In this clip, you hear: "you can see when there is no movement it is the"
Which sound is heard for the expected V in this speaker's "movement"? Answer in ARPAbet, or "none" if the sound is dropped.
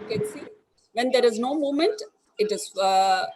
none